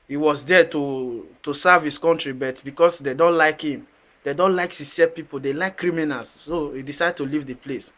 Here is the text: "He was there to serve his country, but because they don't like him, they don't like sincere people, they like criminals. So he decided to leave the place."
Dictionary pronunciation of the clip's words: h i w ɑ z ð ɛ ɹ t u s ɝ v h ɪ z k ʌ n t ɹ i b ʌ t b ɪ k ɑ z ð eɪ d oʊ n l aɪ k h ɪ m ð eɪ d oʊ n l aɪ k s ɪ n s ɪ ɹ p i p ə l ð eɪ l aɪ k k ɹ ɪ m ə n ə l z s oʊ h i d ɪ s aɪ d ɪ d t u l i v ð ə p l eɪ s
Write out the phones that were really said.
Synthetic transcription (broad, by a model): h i w ɑ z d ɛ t t u s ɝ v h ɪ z k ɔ n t ɹ i b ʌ t b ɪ k ɑ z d eɪ d oʊ n l aɪ k h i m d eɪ d oʊ n l aɪ k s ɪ s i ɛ p i p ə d eɪ l aɪ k k ɹ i m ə n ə l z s oʊ h i d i s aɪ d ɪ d t u l i v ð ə p l eɪ s